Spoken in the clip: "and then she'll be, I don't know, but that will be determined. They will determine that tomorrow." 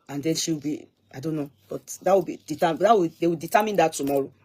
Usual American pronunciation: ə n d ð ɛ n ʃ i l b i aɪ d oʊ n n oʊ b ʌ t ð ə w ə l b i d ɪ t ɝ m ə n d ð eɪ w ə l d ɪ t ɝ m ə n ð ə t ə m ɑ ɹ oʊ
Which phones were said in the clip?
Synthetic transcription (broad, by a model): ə n d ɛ n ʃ i w b i aɪ d oʊ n n oʊ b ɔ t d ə w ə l b i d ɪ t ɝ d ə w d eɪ w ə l d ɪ t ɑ m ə n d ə t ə m ɑ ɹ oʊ